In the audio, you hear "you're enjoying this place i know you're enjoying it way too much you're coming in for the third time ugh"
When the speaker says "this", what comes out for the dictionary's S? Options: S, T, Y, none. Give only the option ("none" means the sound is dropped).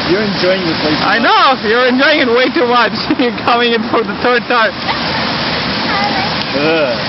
none